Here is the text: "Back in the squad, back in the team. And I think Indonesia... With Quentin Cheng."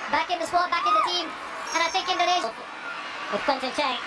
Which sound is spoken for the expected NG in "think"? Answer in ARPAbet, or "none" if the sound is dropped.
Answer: none